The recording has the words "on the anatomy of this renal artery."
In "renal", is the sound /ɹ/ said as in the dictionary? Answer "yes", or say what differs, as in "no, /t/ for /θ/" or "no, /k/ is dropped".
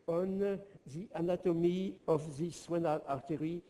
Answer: no, /w/ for /ɹ/